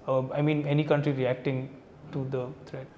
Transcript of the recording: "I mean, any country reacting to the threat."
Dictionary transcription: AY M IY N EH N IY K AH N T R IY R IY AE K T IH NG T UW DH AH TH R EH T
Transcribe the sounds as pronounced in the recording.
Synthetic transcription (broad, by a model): AY M IY N EH N IY K AH N T R IY R IY AE K T IH NG T UW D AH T R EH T